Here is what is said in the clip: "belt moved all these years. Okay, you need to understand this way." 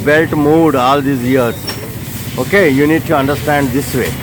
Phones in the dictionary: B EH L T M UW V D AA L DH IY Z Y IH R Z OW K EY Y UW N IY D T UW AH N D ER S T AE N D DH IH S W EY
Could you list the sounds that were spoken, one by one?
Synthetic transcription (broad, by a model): B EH L T M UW D AA L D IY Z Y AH R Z OW K EY Y UW N IY D T UW AH N D ER S T AE N D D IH S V EY